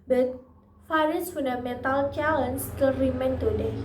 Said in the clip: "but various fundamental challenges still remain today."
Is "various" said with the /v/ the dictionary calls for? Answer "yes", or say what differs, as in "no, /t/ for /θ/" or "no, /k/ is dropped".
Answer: no, /f/ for /v/